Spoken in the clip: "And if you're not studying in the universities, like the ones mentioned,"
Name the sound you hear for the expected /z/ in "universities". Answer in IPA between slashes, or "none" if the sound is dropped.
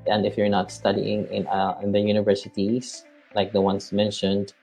/s/